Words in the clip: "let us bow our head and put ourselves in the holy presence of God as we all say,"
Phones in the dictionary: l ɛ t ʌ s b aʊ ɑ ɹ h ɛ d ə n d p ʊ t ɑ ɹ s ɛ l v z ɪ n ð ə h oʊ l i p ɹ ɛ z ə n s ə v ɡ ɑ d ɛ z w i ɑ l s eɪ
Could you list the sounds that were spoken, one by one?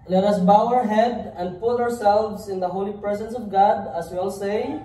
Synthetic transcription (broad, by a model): l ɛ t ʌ s b aʊ ɑ ɹ h ɛ d ə n d p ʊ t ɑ ɹ s ɛ l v s ɪ n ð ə h oʊ l i p ɹ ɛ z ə n s ə v ɡ ɑ d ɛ s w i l s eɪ